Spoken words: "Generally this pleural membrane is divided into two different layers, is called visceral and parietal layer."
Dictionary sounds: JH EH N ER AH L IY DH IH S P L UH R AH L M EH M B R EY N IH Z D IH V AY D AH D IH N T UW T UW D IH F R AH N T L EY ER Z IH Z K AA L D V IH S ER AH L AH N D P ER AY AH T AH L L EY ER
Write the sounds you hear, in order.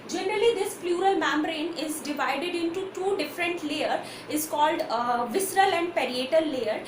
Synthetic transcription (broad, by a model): JH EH N ER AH L IY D IH S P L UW R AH L M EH M B R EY N IH Z D IH V AY D AH D IH N T UW T UW D IH F R AH N T L EY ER IH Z K AA L D V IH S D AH L AH N D P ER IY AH T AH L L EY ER